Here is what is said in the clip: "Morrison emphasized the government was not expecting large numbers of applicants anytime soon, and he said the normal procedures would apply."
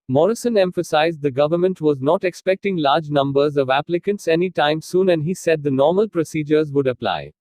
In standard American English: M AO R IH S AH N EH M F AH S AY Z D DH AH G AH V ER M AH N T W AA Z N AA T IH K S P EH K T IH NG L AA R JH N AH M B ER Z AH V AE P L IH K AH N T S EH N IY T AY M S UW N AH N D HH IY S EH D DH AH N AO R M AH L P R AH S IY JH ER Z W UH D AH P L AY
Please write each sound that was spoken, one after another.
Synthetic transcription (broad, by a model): M AO R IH S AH N EH M F AH S AY Z D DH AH G AH V ER M AH N T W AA Z N AA T IH K S P EH K T IH NG L AA R JH N AH M B ER Z AH V AE P L IH K AH N T S EH N IY T AY M S UW N AH N D HH IY S EH D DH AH N AO R M AH L P R AH S IY JH ER Z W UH D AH P L AY